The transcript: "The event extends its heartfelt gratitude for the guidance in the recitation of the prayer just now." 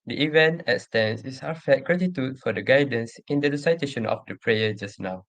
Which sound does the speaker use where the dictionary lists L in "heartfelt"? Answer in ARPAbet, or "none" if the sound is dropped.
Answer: none